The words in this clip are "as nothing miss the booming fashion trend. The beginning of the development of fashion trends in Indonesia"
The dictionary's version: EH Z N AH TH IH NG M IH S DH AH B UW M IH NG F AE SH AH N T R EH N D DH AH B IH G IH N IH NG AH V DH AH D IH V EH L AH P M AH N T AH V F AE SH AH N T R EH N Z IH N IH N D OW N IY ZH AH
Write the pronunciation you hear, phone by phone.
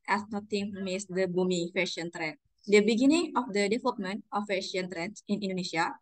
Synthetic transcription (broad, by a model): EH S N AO T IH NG M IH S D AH B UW M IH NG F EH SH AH N T R EH N D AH B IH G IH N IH NG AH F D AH D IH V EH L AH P M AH N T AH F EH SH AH N T R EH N S IH N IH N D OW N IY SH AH